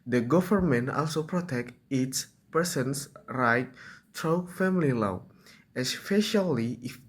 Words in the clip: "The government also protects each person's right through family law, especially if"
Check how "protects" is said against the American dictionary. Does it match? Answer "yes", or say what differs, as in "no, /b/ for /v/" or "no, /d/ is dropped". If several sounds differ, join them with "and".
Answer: no, /s/ is dropped